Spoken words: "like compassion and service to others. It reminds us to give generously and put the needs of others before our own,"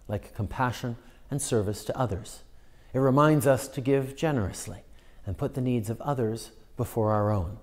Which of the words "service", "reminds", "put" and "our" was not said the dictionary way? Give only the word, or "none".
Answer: none